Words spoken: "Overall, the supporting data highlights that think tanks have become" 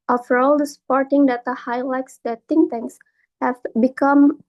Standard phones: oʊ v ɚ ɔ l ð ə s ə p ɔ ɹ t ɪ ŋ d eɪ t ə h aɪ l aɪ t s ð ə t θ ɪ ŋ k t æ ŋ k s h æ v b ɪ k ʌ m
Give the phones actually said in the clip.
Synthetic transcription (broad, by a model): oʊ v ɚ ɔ l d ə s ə p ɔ ɹ t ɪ ŋ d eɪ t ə h aɪ l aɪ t s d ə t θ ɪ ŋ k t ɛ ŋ s h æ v b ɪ k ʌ m